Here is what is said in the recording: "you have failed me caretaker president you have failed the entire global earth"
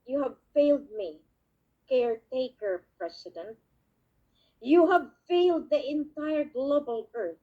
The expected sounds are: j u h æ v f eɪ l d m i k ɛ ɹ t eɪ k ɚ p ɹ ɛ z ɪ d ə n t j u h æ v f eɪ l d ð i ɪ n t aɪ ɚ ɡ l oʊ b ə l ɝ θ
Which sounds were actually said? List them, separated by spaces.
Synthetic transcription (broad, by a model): j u h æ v f eɪ l d m i k ɛ ɹ t eɪ k ɚ p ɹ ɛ s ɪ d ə n t j u h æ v f eɪ l d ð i ɪ n t aɪ ɚ ɡ l oʊ b ə l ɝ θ